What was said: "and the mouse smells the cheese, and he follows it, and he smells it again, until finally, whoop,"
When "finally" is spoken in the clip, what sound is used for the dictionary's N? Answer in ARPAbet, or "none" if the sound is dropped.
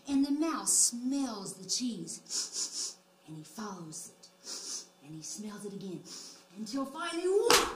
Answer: none